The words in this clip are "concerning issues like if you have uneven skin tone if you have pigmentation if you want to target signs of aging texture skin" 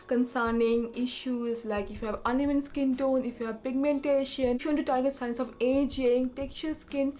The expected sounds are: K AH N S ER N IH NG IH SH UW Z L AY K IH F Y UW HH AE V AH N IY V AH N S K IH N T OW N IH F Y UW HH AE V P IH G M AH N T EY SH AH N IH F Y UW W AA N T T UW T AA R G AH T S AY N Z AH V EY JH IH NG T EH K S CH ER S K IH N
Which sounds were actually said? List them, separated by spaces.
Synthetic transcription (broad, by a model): K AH N S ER N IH NG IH SH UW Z L AY K IH F Y UW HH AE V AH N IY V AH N S K IH N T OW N IH F Y UW HH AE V P IH G M AH N T EY SH AH N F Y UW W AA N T T UW T AA R G AH T S AY N S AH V EY JH IH NG T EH K CH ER S K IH N